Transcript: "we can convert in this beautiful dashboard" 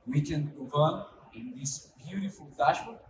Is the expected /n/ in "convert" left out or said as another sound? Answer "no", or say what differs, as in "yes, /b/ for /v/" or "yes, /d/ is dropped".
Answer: yes, /n/ is dropped